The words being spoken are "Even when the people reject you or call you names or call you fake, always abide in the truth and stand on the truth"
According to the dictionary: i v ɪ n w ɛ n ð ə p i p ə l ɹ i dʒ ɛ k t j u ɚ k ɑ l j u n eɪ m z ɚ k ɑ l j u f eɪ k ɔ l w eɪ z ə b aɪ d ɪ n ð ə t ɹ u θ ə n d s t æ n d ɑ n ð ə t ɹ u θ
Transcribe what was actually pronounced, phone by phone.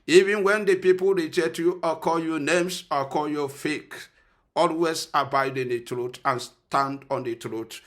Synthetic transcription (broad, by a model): i v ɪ n w ɛ n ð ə p i p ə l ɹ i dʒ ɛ t j u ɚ k ɑ l j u n eɪ m s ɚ k ɑ l j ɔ f eɪ k ɔ l w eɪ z ə b aɪ d ɪ n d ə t ɹ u t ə n s t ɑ n d ɑ n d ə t ɹ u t